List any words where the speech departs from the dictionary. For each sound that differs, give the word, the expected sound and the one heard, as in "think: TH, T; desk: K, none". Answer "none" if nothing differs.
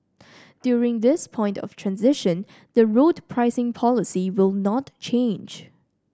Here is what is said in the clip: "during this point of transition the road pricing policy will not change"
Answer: none